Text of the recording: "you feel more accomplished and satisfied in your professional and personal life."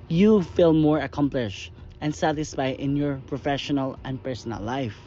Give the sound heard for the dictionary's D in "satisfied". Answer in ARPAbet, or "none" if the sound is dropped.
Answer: none